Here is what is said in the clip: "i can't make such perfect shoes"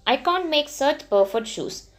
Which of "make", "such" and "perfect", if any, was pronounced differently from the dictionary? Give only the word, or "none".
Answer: perfect